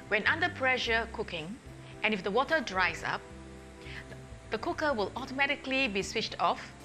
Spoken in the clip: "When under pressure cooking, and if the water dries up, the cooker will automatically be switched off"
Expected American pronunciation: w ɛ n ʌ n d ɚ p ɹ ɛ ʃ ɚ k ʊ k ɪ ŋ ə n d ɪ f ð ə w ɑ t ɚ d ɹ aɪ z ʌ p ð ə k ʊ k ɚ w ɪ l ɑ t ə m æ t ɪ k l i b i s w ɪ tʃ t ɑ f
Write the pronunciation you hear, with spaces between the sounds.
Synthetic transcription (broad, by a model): w ɛ n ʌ n d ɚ p ɹ ɛ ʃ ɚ k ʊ k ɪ ŋ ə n ɪ f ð ə w ɑ t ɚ d ɹ aɪ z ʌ p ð ə k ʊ k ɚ w ɪ l ɑ t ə m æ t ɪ k l i b i s w ɪ tʃ t ɑ f